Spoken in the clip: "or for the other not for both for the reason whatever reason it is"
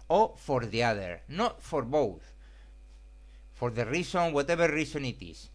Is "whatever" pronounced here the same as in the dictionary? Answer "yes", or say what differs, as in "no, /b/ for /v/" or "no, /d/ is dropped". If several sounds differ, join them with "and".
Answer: no, /b/ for /v/